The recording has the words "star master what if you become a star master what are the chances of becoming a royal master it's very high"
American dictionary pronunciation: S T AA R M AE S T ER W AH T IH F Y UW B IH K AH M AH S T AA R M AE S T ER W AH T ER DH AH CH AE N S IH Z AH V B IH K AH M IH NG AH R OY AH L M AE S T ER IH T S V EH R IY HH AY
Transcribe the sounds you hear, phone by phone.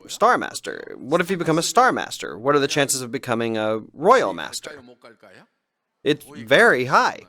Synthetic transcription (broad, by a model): S T AA R M AE S T ER W AH T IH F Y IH B IH K AH M AH S T AA R M AE S T ER W AH T ER DH AH CH AE N S IH Z AH V B IH K AH M IH NG AH R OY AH L M AE S T ER IH T S V EH R IY HH AY